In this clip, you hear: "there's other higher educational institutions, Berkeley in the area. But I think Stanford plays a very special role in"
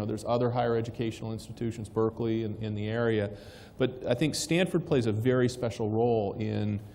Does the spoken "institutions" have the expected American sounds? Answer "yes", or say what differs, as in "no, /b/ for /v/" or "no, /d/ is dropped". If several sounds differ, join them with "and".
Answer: yes